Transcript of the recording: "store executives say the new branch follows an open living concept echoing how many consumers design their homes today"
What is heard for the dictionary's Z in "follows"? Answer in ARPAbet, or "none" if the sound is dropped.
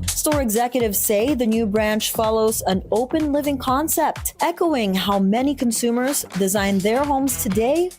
Z